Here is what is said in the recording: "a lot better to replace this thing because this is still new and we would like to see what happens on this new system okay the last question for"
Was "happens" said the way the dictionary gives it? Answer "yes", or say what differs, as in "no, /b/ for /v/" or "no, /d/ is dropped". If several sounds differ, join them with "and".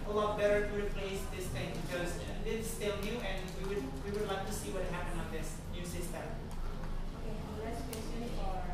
no, /z/ is dropped